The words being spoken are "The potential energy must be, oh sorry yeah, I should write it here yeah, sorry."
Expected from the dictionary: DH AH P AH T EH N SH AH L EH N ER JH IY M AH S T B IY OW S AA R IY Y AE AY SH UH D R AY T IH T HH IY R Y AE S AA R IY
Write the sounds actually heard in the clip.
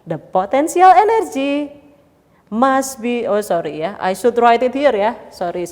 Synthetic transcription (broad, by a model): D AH P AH T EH N S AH L EH N ER JH IY M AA S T B IY OW S AA R IY Y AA AY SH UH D R AY T IH T HH IY R Y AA S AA R IY